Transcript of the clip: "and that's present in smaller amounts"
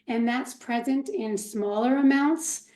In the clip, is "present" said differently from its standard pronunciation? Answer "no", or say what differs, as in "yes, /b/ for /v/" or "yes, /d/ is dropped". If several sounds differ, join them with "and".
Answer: no